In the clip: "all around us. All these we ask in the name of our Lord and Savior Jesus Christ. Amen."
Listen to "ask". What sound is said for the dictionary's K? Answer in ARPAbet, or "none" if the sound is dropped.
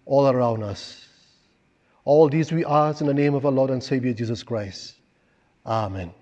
none